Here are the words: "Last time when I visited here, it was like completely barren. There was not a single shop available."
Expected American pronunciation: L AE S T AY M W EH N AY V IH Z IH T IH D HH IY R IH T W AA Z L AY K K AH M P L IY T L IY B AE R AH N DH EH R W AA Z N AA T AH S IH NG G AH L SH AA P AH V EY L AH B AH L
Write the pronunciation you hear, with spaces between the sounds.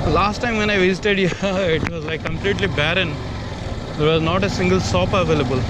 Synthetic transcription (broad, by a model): L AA S T AY M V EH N AY V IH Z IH T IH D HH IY IH T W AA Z L AY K K AH M P L IY T L IY B AE R AH N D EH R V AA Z N AA T AH S IH NG G AH L S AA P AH V EY L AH B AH L